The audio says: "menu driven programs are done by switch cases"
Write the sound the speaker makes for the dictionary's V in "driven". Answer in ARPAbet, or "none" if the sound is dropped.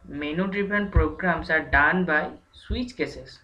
P